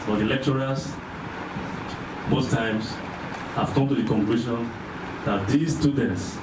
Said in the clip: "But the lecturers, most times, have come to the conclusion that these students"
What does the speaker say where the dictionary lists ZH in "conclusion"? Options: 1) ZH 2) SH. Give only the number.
2